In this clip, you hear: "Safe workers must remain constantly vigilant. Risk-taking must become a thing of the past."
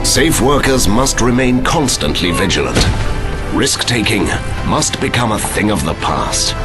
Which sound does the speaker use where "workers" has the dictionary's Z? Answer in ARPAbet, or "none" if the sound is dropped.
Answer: Z